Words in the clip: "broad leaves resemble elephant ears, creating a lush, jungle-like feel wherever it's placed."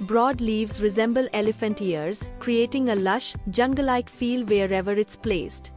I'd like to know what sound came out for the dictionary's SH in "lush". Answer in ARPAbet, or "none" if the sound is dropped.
SH